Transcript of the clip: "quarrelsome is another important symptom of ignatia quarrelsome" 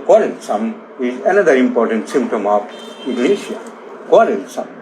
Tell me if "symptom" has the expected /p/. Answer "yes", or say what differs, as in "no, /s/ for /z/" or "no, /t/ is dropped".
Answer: yes